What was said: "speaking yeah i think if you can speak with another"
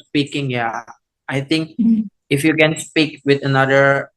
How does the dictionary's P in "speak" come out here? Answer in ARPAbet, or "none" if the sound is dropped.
P